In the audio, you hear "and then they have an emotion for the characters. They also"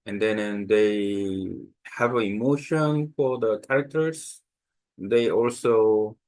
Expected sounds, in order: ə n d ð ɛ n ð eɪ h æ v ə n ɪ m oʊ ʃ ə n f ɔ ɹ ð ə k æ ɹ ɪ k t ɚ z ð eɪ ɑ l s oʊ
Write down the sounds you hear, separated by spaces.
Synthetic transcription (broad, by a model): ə n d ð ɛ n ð eɪ h æ v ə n ɪ m oʊ ʃ ə n f ɔ ɹ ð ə k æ ɹ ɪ k t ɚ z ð eɪ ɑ l s oʊ